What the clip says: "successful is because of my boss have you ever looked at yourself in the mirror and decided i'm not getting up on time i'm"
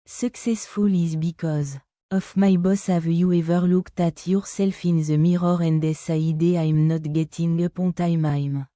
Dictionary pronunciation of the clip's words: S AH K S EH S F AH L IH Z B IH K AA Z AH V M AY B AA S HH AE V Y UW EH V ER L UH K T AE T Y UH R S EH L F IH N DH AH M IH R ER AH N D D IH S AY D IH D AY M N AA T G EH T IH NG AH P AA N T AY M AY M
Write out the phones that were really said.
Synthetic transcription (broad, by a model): S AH K S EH S F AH L IH Z B IH K AA Z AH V M AY B AA S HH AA V Y UW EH V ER L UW K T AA T Y UH R S EH L F IH N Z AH M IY R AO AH N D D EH S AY D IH AY M N AA T G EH T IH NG AH P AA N T AY M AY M